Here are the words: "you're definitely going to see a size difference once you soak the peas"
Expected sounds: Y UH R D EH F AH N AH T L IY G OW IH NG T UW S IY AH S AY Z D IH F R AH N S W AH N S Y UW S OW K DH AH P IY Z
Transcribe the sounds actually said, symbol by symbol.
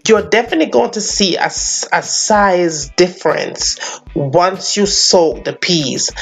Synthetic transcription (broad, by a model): Y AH D EH F AH N AH T L IY G OW IH NG T UW S IY AH S AY Z D IH F R AH N S W AH N S Y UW S OW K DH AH P IY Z